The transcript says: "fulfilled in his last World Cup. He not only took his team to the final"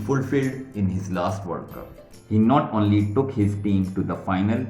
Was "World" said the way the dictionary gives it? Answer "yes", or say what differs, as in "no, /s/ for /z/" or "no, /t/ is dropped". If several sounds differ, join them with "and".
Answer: no, /l/ is dropped